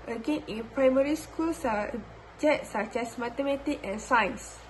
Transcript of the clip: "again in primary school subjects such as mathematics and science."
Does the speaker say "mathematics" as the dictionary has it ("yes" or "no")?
no